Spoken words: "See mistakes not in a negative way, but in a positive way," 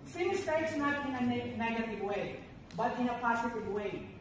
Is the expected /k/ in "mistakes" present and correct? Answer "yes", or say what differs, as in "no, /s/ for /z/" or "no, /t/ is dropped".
no, /k/ is dropped